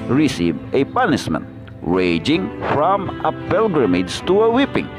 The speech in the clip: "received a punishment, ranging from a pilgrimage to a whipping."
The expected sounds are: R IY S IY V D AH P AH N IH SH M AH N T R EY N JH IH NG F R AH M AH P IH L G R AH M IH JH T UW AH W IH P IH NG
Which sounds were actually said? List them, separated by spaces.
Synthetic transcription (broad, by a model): R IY S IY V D AH P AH N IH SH M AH N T R EY JH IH NG F R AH M AH P IH L G R AH M IH JH T UW AH W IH P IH NG